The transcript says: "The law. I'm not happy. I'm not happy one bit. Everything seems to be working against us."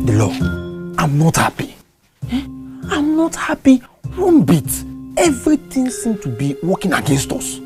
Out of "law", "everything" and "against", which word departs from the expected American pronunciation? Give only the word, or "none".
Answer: everything